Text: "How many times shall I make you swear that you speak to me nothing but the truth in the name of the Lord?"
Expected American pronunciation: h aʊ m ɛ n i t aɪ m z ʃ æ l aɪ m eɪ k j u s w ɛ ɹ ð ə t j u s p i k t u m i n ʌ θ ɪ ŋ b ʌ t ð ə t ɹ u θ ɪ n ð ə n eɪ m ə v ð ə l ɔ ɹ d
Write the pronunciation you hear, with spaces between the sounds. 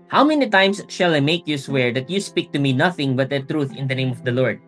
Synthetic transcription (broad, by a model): h aʊ m ɛ n i t aɪ m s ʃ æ l aɪ m eɪ k j u s w ɛ ɹ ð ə t j u s p i k t u m i n ʌ θ ɪ ŋ b ʌ t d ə t ɹ u θ ɪ n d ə n eɪ m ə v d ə l ɔ ɹ d